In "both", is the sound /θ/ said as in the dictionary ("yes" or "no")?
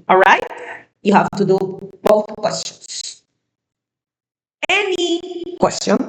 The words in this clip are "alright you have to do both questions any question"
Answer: yes